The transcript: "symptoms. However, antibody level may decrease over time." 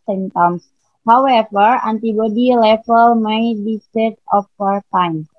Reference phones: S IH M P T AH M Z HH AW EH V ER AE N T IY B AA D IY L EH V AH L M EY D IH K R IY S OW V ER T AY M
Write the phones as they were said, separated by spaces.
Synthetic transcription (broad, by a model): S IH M T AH M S HH AW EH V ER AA N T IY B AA D IY L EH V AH L M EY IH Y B IY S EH F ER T AY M